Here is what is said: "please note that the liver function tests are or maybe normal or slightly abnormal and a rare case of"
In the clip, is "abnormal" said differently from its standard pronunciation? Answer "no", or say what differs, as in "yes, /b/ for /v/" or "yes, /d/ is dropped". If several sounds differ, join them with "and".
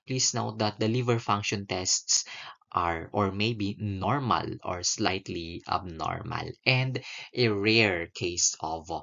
no